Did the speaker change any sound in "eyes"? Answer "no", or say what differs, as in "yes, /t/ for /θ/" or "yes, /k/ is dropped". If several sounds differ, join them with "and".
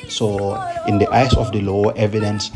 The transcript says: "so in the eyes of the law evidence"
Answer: yes, /s/ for /z/